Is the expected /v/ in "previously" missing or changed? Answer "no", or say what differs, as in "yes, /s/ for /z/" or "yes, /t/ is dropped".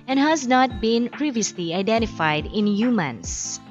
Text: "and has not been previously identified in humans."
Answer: no